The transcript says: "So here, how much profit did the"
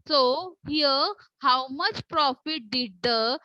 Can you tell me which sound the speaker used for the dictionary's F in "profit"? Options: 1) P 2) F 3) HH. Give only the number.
2